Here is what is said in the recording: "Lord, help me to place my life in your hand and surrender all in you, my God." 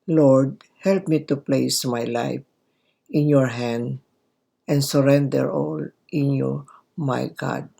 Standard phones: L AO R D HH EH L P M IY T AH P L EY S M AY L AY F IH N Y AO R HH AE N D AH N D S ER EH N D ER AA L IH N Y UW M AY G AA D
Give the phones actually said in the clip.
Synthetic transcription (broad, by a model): L AO R D HH EH L P M IY T AH P L EY S M AY L AY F IH N Y AO R HH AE N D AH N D S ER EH N D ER AA L IH N Y UW M AY G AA D